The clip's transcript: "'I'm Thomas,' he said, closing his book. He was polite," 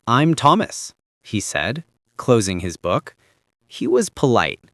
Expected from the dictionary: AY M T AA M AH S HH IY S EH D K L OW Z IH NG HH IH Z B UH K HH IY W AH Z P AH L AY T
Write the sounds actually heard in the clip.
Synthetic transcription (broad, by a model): AY M T AA M AH S HH IY S EH D K L OW Z IH NG IH Z B UH K HH IY W AH Z P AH L AY T